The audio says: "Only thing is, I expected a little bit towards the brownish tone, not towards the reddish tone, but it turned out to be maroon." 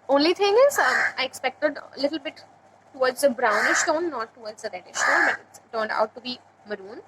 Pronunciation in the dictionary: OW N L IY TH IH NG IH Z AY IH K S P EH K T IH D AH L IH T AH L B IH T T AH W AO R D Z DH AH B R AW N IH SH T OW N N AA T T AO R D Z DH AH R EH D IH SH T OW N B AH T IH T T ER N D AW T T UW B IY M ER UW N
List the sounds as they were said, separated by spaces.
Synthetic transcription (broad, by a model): OW N L IY T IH NG IH Z AY IH K S P EH K T IH D AH L IH T AH L B IH T T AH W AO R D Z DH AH B R AW N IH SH T OW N N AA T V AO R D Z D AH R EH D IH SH T OW N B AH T IH T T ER N D AW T T UW B IY M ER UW N